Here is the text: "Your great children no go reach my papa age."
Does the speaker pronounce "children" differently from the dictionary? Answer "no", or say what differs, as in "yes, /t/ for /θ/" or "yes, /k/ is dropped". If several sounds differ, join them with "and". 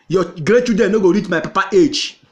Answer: yes, /l/ is dropped and /ɹ/ is dropped